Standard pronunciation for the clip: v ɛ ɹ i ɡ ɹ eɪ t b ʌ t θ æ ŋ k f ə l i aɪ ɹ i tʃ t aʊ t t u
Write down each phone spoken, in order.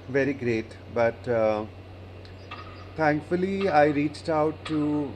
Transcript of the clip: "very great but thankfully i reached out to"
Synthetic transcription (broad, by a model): v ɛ ɹ i ɡ ɹ eɪ t b ʌ t t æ ŋ k f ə l i aɪ ɹ i tʃ t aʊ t t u